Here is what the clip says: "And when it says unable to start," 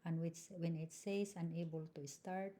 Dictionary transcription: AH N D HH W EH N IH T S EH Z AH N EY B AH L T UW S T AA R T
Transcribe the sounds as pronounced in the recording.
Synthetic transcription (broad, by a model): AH N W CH W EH N IH T S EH S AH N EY B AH L T UW S T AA R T